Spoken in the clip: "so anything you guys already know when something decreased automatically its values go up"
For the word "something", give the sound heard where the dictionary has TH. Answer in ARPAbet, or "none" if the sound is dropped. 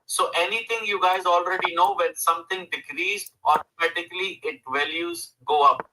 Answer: T